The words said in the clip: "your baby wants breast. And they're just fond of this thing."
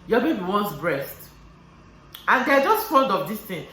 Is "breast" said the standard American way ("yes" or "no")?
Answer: yes